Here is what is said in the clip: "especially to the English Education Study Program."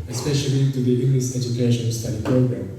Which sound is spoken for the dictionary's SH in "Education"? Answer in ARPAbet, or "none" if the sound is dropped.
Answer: SH